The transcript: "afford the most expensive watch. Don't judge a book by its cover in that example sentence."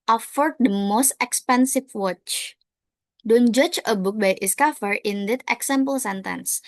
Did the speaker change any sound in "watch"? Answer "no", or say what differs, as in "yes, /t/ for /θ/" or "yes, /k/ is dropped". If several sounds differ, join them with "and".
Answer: no